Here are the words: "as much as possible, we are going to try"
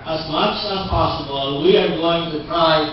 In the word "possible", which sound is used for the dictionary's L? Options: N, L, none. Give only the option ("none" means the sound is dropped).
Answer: N